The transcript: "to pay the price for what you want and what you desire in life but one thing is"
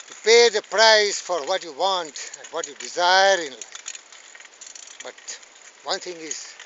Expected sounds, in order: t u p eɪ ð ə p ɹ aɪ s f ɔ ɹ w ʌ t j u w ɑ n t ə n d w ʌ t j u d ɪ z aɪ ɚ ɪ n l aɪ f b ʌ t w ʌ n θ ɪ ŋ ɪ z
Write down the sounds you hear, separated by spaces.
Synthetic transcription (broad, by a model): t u p eɪ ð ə p ɹ aɪ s f ɔ ɹ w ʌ t j u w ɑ n t ə n d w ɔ t j u d ɪ z aɪ ɚ ɪ n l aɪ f b ʌ t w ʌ n t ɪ ŋ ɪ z